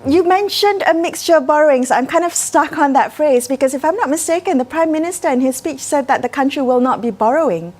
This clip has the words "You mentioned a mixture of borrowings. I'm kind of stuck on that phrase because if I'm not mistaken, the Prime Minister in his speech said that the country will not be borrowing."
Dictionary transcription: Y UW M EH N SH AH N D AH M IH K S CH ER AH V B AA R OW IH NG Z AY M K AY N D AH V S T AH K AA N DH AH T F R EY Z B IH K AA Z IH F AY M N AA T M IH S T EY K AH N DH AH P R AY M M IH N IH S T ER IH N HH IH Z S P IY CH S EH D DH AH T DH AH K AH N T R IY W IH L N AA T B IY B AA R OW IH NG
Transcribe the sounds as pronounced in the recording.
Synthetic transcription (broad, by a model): Y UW M EH N SH AH N D AH M IH K S CH ER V B AA R OW IH NG S AY M K AY N D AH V S T AH K AA N DH AH T F R EY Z B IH K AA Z IH F AY M N AA T M IH S T EY K AH N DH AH P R AY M M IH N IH S T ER IH N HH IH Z S P IY CH S EH D DH AH T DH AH K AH N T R IY W IH L N AA T B IY B AA R OW IH NG